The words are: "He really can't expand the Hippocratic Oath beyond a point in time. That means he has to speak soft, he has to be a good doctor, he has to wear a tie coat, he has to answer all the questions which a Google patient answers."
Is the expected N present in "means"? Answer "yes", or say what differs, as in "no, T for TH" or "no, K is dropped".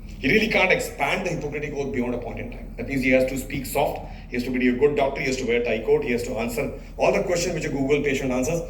no, N is dropped